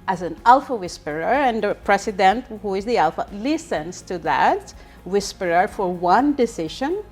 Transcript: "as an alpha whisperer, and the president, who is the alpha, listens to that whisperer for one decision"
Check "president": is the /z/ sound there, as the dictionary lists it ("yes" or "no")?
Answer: no